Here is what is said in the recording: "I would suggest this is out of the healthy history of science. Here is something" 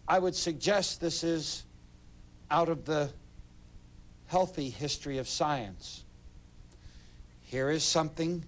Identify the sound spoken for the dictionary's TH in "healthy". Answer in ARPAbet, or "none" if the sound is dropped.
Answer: TH